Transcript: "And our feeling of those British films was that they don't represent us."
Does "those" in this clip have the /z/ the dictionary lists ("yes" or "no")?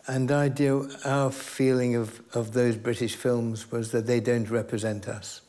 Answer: yes